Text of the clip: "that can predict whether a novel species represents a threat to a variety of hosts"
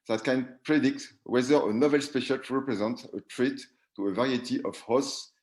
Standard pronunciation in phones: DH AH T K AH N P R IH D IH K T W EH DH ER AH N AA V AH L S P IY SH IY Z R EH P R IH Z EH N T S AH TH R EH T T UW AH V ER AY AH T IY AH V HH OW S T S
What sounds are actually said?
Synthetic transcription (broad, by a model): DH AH T K AH N P R IH D IH K T W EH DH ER AH N AA V AH L S P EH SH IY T R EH P R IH Z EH N T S AH T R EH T T UW AH V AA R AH T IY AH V HH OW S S